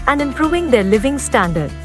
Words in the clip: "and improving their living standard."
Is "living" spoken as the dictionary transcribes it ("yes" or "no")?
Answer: yes